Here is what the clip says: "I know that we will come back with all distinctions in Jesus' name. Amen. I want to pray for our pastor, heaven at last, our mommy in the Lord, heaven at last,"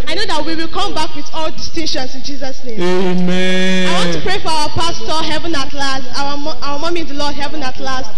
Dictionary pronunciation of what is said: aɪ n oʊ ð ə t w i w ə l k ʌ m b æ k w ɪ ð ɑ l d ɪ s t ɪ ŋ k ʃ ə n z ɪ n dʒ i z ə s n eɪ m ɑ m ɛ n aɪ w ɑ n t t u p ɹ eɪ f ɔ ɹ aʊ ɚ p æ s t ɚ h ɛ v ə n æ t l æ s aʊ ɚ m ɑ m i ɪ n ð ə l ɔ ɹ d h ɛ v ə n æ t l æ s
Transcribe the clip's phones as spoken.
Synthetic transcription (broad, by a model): aɪ n oʊ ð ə t w i w ə l k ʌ m b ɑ k w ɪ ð ɑ l d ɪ s t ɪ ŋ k ʃ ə n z ɪ n dʒ i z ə s n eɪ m m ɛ aɪ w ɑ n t t u p ɹ eɪ f ɔ ɹ aʊ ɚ p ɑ s t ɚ h ɛ v ə n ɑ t l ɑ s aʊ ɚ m ɑ m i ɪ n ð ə l ɔ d h ɛ v ə n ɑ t l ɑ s